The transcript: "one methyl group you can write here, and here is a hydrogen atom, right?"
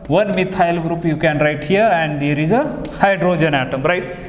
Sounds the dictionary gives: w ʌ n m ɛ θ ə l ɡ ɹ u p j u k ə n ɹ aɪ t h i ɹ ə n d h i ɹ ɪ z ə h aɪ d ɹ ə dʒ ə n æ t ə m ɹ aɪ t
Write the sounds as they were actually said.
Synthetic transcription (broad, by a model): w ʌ n m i t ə l ɡ ɹ u p j u k ə n ɹ aɪ t h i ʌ ə n d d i ɹ ɪ z ə h aɪ d ɹ ə dʒ ə n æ t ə m ɹ aɪ t